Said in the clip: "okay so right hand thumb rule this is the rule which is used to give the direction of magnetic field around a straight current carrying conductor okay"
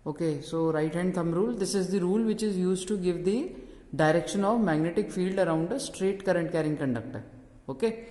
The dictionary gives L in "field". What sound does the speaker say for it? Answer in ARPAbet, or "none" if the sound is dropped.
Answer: L